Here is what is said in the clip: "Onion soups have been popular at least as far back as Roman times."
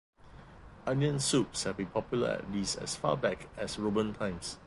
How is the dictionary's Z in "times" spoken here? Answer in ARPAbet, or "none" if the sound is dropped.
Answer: S